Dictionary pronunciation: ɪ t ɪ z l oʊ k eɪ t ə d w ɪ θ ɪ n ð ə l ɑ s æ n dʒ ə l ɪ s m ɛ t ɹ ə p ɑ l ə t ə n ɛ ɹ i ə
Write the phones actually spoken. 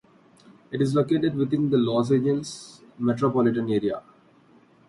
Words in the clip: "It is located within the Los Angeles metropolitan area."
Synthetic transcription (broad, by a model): ɪ t ɪ z l oʊ k eɪ t ə d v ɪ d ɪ n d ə l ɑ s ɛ dʒ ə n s m ɛ t ɹ ə p ɑ l ə t ə n ɛ ɹ i ə